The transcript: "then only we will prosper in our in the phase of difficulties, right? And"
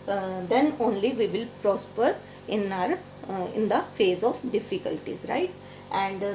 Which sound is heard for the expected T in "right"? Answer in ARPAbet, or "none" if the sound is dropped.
T